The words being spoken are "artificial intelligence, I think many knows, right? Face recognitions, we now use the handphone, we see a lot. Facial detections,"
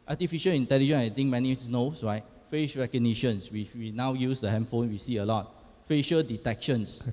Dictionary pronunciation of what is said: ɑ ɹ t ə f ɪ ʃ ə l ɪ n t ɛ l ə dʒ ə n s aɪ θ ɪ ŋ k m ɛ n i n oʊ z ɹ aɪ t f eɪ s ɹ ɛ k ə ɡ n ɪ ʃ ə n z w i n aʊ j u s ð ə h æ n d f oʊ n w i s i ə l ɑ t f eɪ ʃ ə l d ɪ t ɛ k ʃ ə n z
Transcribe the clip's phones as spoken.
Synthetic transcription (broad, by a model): ɑ t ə f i ʃ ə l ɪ n t ɛ l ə dʒ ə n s aɪ t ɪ ŋ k m ɛ n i n oʊ s ɹ aɪ t f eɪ ʃ ɹ ɛ k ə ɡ n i ʃ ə n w w i n aʊ j u s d ə h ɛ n f oʊ n w i s i ə l ɑ t f eɪ ʃ ə l d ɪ t ɛ k ʃ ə n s